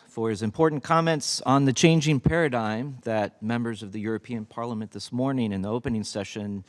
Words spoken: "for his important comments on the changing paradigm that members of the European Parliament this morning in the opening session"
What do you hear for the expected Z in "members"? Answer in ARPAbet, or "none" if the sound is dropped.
Z